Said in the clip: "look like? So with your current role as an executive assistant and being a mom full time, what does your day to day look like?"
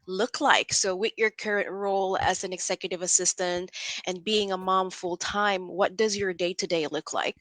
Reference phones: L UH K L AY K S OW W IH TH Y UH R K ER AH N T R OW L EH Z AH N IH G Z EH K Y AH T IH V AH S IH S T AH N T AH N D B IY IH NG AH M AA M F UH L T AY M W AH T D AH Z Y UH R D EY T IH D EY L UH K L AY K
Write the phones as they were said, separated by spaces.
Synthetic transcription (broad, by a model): L UH K L AY K S OW W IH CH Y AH R K ER AH N T R OW L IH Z AH N IH G Z EH K Y AH T IH V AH S IH S T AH N T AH N B IY IH NG AH M AA M F UH L T AY M W AH T D AH Z Y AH R D EY T IH D EY L UH K L AY K